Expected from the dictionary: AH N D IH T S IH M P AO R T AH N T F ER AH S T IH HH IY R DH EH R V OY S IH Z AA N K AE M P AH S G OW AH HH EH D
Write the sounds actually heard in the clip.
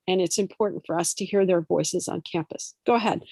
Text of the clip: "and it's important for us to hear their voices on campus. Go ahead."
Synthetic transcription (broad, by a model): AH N IH T S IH M P AO R T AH N T F ER AH S T IH HH IY R DH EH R V OY S IH Z N K AE M P AH S G OW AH HH EH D